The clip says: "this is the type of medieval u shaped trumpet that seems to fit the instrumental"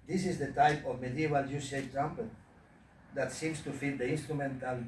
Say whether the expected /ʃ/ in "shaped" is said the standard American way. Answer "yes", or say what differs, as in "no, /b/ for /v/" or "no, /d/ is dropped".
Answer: no, /s/ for /ʃ/